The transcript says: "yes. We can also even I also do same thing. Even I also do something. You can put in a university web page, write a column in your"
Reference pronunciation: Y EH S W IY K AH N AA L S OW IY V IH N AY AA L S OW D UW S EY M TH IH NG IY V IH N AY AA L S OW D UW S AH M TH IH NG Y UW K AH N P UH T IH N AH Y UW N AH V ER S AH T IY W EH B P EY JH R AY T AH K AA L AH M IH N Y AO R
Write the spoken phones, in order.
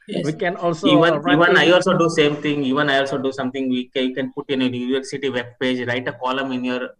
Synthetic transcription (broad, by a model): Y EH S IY K AH N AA L S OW IY V IH N AY AA L S OW D UW S EY M T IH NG IY V IH N AY AA L S OW D UW S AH M T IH NG Y UW K AH N P UH T IH N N Y UW N AH V ER S AH T IY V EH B P EY JH R AY T AH K AA L AH M IH N Y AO R